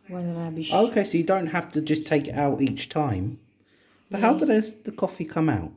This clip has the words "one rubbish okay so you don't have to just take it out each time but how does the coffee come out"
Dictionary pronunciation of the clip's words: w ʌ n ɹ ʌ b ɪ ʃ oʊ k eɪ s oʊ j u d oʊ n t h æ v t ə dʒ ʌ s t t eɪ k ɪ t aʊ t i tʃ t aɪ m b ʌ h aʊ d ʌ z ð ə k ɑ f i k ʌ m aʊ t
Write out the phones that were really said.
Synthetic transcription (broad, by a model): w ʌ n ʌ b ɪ ʊ k eɪ s oʊ j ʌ d oʊ n t h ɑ f t ə dʒ ʌ s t t eɪ k ɪ t aʊ t i tʃ t aɪ m b ʌ h aʊ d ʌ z ð ə k ɑ f i k ʌ m aʊ t